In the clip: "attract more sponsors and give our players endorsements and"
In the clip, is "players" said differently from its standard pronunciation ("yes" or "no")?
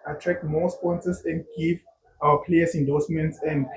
yes